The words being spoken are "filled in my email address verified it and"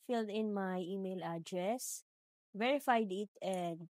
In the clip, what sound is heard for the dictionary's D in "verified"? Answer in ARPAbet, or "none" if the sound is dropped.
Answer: D